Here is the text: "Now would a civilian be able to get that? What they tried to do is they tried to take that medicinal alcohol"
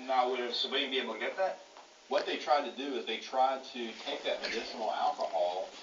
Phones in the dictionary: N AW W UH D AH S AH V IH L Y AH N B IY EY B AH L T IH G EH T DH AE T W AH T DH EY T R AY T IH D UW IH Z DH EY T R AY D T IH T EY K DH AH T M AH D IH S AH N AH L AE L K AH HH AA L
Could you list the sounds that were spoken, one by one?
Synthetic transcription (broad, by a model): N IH W UH D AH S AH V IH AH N B IY EY AH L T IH G EH T DH AE T W AH T DH EY T R AY T IH D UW IH Z DH EY T R AY D T IH T EY K DH AH T M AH D IH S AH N L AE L K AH HH AA L